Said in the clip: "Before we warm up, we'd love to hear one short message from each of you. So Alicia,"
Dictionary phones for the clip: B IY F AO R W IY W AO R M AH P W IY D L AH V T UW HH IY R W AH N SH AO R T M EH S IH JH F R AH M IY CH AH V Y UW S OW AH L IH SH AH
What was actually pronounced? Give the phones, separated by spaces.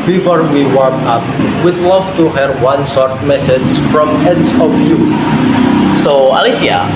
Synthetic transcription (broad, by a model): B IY F AO R W IY W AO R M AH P W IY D L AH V T UW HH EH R W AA N S AO R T M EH S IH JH F R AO M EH S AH F Y UW S OW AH L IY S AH